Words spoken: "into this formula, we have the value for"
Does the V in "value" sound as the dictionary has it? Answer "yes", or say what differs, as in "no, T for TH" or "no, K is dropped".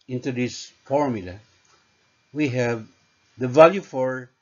yes